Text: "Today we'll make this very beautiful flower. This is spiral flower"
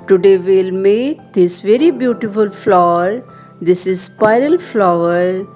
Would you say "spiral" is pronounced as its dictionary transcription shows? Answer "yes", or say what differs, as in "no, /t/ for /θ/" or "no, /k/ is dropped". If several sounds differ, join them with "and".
yes